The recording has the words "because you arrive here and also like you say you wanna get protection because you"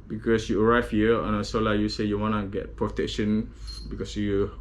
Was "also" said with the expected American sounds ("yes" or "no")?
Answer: no